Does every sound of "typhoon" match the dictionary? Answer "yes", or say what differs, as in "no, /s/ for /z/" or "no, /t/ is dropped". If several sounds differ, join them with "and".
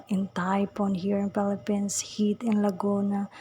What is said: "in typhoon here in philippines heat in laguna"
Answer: no, /p/ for /f/